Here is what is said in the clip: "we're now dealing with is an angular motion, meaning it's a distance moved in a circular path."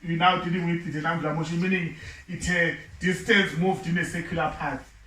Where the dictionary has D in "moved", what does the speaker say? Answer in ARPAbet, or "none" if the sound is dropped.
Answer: D